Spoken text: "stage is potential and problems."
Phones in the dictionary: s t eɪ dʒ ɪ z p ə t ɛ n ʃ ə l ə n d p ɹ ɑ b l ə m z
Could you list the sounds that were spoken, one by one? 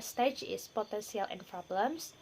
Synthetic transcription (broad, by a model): s t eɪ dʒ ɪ s p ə t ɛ n s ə l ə n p ɹ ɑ b l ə m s